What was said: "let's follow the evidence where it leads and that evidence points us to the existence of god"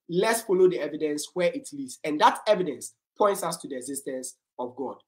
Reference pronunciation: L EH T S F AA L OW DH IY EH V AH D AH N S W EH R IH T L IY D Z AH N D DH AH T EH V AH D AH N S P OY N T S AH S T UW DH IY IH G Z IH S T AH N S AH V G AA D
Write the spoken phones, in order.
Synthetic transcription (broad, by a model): L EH T S F AA L OW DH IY EH V AH D AH N S W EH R IH T L IY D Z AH N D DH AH T EH V AH D AH N S P OY N T S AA S T UW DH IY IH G Z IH S T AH N S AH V G AA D